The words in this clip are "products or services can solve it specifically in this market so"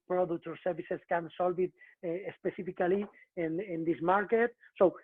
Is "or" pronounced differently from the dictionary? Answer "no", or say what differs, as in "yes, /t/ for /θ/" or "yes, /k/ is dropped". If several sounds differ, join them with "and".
no